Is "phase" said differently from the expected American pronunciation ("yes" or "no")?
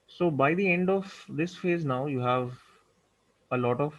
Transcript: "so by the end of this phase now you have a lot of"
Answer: no